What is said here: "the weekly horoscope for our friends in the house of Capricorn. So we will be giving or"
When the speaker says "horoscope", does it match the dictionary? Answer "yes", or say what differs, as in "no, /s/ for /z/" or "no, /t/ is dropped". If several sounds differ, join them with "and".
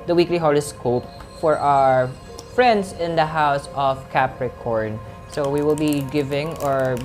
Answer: no, /l/ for /ɹ/